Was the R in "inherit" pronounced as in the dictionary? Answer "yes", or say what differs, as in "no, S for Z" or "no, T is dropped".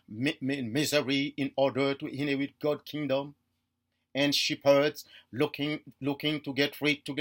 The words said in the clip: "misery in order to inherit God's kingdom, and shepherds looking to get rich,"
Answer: no, W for R